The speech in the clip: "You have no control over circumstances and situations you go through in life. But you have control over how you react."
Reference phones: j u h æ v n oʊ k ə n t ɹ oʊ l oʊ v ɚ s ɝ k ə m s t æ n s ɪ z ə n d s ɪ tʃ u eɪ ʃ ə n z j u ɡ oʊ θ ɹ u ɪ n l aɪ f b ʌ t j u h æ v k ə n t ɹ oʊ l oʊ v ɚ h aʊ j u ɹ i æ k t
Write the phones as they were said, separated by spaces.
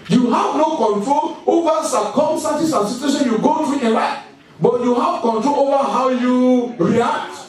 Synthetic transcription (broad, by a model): j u h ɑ v n oʊ k ə n t ɹ oʊ l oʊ v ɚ s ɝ k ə m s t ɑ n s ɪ s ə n s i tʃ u eɪ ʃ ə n j u ɡ oʊ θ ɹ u ɪ n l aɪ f b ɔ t j u h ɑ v k ə n t ɹ oʊ l oʊ v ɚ h aʊ j u ɹ i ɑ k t